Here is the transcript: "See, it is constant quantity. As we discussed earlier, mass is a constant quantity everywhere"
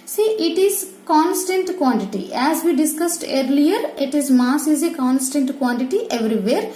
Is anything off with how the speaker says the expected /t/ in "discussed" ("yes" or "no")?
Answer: no